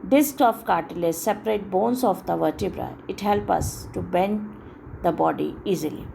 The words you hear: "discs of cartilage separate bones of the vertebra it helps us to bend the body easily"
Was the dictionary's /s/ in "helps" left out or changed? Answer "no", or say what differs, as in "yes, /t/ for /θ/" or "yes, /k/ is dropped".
yes, /s/ is dropped